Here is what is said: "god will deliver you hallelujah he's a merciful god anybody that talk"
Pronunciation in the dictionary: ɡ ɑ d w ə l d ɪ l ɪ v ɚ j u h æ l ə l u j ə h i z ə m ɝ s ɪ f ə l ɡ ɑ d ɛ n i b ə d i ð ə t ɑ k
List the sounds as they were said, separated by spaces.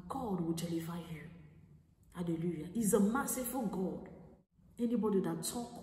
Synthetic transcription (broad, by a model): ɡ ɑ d w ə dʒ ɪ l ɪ f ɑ j u h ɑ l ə l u j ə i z ə m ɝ s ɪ f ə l ɡ ɑ d ɛ n i b ə d i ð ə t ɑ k